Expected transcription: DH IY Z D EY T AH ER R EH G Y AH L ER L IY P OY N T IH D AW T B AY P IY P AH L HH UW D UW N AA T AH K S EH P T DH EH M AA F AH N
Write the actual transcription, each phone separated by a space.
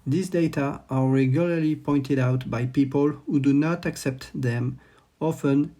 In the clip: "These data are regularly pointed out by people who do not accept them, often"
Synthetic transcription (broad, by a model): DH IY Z D EY T AH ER R EH G Y AH L ER L IY P OY N T IH D AW T B AY P IY P AH L HH UW D UW N AA T AH K S EH P T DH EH M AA F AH N